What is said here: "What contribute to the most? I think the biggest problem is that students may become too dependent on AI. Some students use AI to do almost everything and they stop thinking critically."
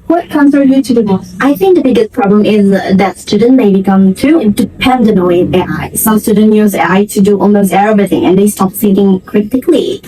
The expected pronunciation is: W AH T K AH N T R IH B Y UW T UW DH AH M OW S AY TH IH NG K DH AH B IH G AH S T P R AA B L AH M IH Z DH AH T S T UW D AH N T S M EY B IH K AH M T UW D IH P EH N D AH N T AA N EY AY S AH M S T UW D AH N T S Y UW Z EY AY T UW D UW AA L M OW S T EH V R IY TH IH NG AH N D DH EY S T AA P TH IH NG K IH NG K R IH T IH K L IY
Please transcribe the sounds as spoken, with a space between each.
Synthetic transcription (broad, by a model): W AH T K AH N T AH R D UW T UW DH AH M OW AY TH IH NG K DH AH B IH G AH S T P R AA B L AH M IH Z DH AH T S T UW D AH N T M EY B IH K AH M T UW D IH P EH N D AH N AA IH EY AY S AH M S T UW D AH N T Y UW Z EY AY T UW D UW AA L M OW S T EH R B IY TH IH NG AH N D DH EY S T AA P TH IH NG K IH NG K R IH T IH K L IY